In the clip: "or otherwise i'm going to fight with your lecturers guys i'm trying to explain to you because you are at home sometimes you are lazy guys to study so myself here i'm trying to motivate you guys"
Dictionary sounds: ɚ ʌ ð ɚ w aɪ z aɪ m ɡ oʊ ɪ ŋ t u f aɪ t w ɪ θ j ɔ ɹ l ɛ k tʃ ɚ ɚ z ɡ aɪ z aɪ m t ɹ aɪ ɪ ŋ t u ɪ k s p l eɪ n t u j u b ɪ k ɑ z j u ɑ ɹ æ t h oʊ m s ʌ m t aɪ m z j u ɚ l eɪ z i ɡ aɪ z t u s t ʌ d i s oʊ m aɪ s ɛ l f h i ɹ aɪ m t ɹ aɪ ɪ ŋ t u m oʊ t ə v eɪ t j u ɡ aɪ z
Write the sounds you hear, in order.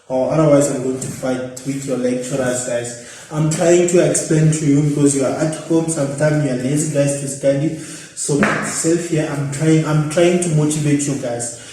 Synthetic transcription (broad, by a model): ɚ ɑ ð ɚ w aɪ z aɪ m ɡ oʊ ɪ ŋ t u f aɪ t w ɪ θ j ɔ l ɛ k tʃ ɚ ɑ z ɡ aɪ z aɪ m t ɹ aɪ ɪ ŋ t u ɪ k s p l eɪ n t u j u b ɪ k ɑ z j u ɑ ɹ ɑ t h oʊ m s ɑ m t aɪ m j u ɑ l eɪ z i ɡ aɪ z t u s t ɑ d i s oʊ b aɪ s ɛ l f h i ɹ aɪ m t ɹ aɪ ɪ ŋ t u m oʊ t ə v eɪ t j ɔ ɡ aɪ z